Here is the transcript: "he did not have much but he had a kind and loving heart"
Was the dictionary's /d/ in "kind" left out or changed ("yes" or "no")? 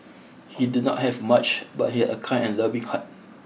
yes